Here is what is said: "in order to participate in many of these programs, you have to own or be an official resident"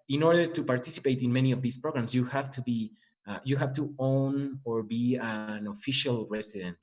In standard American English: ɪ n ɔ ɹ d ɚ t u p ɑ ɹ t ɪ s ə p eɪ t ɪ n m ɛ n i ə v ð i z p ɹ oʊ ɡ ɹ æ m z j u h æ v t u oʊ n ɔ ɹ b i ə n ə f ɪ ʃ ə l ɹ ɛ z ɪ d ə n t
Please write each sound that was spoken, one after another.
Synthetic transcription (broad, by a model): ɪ n ɔ ɹ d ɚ t u p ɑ ɹ t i s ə p eɪ t ɪ n m ɛ n i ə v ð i s p ɹ oʊ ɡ ɹ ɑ m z j u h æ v t u oʊ n ɔ ɹ b i ə n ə f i ʃ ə l ɹ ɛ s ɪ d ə n t